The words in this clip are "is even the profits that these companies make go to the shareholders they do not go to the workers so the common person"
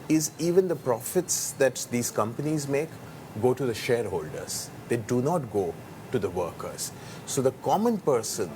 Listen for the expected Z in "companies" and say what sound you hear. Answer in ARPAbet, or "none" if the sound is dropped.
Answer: Z